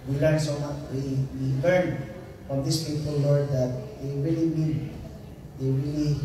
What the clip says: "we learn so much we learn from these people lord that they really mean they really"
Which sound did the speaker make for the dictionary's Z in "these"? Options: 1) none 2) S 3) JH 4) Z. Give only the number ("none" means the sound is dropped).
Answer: 2